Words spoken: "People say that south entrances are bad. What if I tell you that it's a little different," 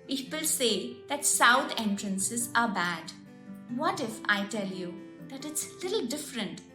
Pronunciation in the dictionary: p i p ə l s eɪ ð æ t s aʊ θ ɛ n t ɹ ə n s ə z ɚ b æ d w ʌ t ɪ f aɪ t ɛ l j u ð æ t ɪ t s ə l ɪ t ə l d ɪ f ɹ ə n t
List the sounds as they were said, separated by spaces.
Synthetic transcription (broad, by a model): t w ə l s eɪ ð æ t s aʊ t ɛ n t ɹ ə n s ə z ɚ b æ d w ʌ t ɪ f aɪ t ɛ l j u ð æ t ɪ t s l ɪ t l d ɪ f ɹ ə n t